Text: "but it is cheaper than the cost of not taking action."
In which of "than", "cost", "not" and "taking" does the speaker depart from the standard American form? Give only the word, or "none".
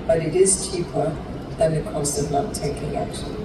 not